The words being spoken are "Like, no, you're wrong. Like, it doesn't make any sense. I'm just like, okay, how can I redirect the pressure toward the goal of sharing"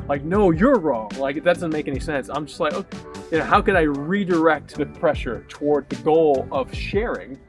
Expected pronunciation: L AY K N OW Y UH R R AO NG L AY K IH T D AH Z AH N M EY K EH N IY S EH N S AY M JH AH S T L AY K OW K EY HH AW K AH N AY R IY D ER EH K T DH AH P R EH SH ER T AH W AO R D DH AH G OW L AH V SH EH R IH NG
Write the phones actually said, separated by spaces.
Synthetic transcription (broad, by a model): L AY K N OW Y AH R R AO NG L AY K IH T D AH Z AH N M EY K EH N IY S EH N S AY M JH AH S T L AY K OW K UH HH AW K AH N AY R IY D ER EH K T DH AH P R EH SH ER T AH W AO R D DH AH G OW L AH V SH EH R IH NG